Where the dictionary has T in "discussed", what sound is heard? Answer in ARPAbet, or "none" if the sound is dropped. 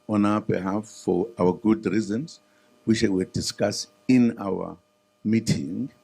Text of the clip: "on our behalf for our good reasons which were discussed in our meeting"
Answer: none